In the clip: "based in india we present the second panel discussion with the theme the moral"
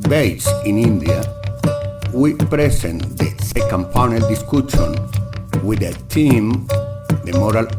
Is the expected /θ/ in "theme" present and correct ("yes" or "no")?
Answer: no